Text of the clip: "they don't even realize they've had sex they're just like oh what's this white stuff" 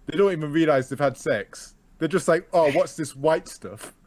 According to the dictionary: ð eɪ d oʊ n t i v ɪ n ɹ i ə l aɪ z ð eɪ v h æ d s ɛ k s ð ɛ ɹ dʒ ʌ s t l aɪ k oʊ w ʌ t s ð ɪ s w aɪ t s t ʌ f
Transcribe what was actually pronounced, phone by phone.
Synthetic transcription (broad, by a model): ð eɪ d oʊ n t i v ɪ n ɹ i ə l aɪ z ð eɪ v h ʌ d s ɛ k s ð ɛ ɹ dʒ ʌ s t l aɪ k oʊ w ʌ t s ð ɪ s w aɪ t s t ʌ f